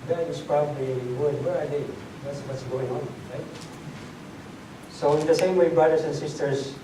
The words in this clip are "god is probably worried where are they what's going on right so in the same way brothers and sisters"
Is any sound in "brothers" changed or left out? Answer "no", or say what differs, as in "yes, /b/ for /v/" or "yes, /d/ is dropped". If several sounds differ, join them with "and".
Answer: yes, /s/ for /z/